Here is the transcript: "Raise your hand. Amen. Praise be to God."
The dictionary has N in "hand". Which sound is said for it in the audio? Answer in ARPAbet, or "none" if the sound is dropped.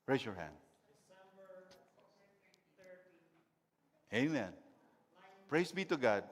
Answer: N